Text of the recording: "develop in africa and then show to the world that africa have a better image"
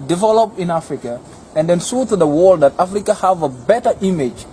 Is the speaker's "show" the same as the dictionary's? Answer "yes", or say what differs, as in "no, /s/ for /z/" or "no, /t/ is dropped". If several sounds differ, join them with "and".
no, /s/ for /ʃ/